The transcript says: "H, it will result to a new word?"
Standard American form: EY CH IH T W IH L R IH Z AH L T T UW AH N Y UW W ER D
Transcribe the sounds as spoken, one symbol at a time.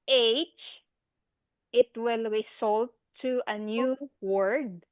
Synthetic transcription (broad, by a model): EY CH IH T W IH L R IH S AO L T T UW AH N Y UW W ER D